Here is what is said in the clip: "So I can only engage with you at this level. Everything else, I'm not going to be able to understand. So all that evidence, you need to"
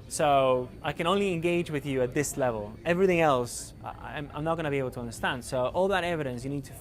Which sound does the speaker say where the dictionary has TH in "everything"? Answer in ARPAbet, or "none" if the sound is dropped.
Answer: TH